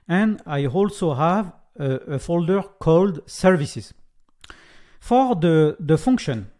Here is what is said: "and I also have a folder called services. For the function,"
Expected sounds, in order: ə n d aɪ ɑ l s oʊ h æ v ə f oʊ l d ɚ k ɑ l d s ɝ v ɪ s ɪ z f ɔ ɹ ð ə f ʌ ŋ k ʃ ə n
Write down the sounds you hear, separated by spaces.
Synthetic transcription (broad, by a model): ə n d aɪ ɑ l s oʊ h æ v ə f oʊ l d ɚ k ɑ l d s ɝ v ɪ s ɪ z f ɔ ɹ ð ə f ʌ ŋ k ʃ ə n